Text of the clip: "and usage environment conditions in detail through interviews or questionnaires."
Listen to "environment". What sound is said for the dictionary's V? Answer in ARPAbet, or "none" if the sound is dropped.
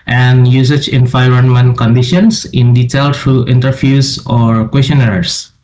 F